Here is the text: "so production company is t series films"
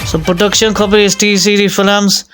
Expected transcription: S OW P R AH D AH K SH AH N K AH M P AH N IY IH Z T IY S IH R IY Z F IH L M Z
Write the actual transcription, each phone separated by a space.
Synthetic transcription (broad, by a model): S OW P R AH D AH K SH AH N K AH P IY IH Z T IY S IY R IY F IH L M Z